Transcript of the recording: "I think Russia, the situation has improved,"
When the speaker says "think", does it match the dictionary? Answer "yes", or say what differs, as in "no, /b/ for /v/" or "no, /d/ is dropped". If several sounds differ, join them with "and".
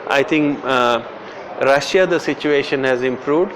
no, /t/ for /θ/